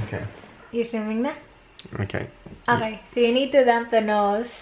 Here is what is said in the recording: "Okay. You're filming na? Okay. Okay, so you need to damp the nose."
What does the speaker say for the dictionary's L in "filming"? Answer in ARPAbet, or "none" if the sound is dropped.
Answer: none